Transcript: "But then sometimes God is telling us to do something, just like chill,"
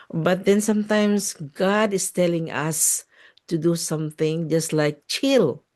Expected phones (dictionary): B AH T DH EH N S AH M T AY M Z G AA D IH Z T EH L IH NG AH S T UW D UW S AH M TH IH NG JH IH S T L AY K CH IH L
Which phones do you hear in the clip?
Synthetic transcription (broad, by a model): B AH T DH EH N S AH M T AY M S G AA D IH S T EH L IH NG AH S T UW D UW S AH M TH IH NG JH IH S T L AY K CH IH L